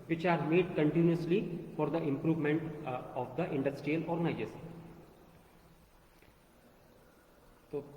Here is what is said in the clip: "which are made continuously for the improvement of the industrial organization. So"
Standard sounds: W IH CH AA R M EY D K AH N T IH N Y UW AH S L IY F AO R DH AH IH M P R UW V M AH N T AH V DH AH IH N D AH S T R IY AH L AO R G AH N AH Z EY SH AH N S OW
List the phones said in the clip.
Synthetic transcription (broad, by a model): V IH CH AA R M EY D K AH N T IH N Y UW AH S L IY F AO R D AH IH M P R UW V M AH N T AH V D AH IH N D AH S T R IY AH L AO R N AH AH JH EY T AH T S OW